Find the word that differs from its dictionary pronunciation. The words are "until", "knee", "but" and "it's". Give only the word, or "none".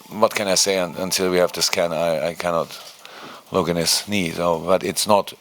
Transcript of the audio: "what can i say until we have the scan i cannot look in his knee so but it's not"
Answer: none